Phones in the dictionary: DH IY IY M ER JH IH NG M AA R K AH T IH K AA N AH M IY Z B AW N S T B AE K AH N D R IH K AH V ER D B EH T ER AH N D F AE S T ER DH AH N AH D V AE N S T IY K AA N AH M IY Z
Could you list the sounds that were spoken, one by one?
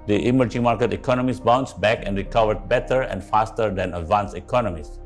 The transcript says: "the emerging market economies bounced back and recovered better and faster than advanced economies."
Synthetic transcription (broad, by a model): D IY IY M ER JH IH NG M AA R K AH T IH K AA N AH M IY S B AW N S B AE K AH N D R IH K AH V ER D B EH T ER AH N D F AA S T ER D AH N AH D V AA N S IY K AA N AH M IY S